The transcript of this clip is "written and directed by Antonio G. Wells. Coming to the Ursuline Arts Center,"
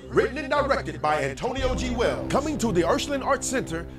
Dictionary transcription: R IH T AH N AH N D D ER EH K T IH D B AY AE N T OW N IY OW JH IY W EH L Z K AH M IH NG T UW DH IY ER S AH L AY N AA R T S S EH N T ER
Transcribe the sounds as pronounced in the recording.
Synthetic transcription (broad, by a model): R IH T N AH N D D ER EH K T IH D B AY AE N T OW N IY OW JH IY W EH L K AH M IH NG T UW DH IY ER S L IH N AA R T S S EH N T ER